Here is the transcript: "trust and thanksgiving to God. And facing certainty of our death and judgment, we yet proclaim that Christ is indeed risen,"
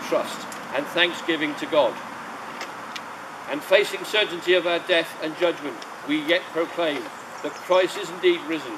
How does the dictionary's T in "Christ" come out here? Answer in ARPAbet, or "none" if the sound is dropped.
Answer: none